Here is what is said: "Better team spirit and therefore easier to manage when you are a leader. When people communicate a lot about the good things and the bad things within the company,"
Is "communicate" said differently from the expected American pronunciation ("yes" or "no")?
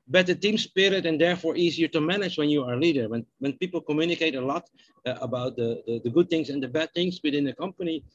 no